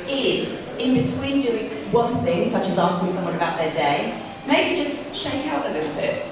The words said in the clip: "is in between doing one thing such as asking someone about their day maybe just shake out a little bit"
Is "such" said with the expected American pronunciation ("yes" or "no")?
yes